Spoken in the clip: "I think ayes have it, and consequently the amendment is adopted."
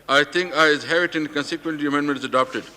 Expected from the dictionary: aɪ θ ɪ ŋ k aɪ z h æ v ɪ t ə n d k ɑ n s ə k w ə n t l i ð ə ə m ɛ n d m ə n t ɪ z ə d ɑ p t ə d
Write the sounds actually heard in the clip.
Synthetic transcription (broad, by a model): aɪ t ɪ ŋ k aɪ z h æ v ɪ t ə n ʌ k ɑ n s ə k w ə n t i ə ə m ɛ n d m ə n t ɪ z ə d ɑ p t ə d